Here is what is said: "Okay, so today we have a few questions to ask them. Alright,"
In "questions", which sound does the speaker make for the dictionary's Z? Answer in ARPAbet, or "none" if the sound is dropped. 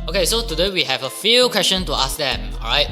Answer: none